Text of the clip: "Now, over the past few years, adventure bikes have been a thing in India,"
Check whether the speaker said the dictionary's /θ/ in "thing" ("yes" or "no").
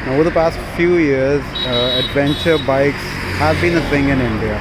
no